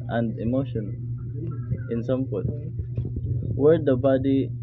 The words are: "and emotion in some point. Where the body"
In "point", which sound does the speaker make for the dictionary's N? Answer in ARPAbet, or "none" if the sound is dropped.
none